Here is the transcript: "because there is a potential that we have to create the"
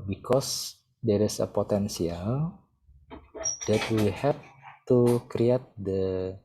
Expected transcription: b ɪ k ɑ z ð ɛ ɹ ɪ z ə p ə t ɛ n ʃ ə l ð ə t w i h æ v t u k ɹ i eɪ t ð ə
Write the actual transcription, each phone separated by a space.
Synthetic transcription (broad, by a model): b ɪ k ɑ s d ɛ ɹ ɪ s ə p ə t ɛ n s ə l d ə t w i h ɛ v t u k ɹ i eɪ t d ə